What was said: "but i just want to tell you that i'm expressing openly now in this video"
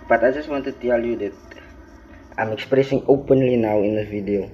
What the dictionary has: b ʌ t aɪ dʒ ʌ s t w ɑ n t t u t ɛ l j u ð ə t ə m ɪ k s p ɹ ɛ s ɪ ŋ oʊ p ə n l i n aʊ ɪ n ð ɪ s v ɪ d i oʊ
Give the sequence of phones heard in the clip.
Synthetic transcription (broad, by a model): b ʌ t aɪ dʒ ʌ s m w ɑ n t t u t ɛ l j u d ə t ə m ɪ k s p ɹ ɛ s ɪ ŋ oʊ p ə n l i n aʊ ɪ n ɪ v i d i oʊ